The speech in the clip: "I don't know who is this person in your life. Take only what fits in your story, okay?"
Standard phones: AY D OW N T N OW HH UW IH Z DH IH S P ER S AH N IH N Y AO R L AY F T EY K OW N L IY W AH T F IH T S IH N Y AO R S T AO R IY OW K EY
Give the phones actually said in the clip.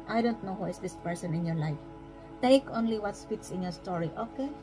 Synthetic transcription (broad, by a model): AY D OW N T N OW HH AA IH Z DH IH S P ER S AH N IH N Y AO R L AY F T EY K OW N L IY W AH T P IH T S IH N Y AO R S T AO R IY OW K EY